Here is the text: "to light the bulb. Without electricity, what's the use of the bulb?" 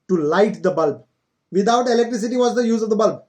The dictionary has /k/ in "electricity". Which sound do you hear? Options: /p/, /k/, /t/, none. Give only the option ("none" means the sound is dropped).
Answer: /k/